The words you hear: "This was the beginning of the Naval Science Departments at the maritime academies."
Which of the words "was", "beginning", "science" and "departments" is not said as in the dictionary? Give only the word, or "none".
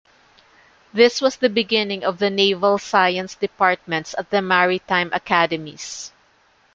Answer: was